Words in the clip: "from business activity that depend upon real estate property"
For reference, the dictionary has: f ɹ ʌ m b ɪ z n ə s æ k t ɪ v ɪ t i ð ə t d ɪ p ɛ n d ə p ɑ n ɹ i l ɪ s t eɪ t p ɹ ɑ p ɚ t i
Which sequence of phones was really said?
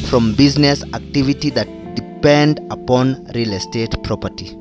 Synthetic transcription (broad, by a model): f ɹ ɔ m b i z n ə s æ k t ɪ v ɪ t i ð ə t d ɪ p ɛ n d ə p ɑ n ɹ i l ɪ s t eɪ t p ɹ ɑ p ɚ t i